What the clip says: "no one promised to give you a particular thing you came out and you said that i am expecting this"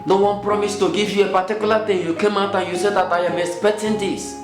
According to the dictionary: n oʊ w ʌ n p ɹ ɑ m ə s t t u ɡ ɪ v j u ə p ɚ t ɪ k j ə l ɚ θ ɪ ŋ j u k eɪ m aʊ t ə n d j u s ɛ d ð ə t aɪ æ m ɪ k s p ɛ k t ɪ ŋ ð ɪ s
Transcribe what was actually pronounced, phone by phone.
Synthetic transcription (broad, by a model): n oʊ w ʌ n p ɹ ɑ m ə s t t u ɡ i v j u ə p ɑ t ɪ k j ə l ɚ t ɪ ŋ j u k eɪ m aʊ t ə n j u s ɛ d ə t aɪ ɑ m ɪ s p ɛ t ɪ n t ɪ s